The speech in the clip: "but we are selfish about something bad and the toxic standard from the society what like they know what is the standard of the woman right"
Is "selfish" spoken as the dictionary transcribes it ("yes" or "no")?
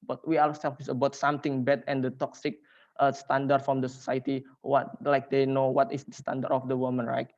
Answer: no